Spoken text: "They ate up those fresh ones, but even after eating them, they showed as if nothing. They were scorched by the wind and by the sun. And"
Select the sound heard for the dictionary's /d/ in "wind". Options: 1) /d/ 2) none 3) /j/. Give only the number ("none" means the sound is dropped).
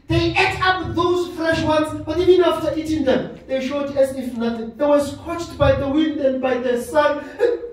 1